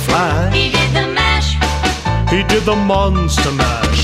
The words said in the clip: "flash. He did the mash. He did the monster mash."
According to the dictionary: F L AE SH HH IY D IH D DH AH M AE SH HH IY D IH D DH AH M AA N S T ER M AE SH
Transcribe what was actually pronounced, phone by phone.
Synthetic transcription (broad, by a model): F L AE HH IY D IH D DH AH M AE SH HH IY D IH D DH AH M AA N S T ER M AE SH